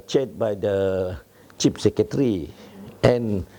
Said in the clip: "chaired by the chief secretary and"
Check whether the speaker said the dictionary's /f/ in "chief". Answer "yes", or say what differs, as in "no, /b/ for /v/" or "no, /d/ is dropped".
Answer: no, /p/ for /f/